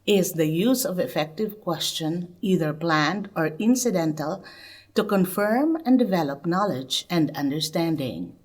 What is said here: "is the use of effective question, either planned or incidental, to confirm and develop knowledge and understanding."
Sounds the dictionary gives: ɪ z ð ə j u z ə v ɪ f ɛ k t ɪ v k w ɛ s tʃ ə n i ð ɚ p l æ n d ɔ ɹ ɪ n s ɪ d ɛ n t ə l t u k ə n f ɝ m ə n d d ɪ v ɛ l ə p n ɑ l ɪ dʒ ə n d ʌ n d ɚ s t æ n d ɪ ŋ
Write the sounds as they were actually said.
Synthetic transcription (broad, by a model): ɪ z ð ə j u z ə v ɪ f ɛ k t ɪ v k w ɛ s tʃ ə n i ð ɚ p l æ n d ɔ ɹ ɪ n s ɪ d ɛ n t ə l t u k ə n f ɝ m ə n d d ɪ v ɛ l ə p n ɑ l ɪ dʒ ə n d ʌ n d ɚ s t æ n d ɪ ŋ